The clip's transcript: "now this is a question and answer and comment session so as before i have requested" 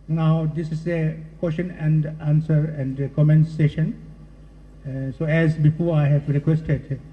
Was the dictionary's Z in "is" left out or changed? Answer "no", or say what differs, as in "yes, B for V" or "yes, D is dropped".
yes, S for Z